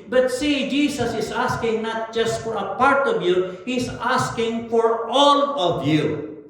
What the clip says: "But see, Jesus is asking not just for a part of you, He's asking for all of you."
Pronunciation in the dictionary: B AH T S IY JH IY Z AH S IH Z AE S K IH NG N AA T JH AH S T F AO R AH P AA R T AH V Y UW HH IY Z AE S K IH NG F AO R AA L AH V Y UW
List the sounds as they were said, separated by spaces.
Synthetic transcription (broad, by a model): B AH T S IY JH IY S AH S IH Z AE S K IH NG N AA T JH AH S T F AO R AH P AA R T AH V Y UW HH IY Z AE S K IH NG F AO R AA L AH V Y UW